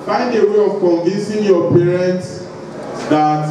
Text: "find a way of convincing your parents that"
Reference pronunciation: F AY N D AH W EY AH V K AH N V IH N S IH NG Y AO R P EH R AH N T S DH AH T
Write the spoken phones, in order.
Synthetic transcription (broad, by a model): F AY N D AH W EY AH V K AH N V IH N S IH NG Y AO P EH R AH N T S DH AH T